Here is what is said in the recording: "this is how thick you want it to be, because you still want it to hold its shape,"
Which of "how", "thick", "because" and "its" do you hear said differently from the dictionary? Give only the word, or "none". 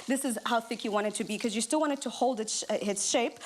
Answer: none